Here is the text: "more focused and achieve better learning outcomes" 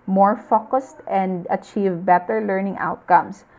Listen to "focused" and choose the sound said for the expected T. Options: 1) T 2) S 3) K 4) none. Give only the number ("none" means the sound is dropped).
1